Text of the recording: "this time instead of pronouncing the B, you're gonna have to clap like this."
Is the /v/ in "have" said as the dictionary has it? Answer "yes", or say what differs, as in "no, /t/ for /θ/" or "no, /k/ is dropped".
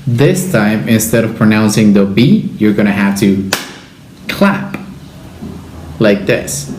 no, /f/ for /v/